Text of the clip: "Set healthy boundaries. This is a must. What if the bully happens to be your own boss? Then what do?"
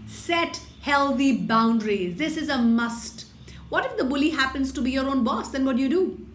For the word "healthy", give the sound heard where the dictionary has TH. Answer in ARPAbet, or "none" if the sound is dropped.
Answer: T